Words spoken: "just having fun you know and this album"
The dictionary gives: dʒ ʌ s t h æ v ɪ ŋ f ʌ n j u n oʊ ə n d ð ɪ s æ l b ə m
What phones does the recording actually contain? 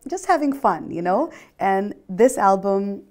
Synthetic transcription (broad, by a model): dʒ ʌ s t h æ v ɪ ŋ f ʌ n j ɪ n oʊ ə n ð ɪ s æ l b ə m